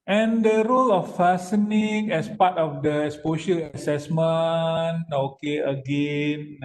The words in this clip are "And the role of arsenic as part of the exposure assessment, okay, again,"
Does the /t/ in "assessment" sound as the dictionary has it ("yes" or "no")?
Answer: no